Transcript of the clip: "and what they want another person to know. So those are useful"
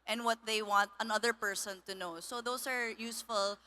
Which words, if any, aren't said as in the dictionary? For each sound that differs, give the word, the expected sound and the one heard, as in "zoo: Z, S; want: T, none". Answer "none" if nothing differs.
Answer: those: Z, S